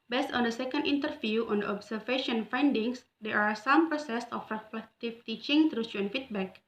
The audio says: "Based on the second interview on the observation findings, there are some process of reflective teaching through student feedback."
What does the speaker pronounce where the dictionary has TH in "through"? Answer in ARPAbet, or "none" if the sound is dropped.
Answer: T